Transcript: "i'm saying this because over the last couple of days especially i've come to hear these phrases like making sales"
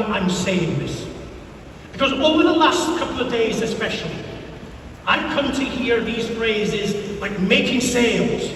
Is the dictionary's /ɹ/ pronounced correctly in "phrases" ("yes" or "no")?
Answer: yes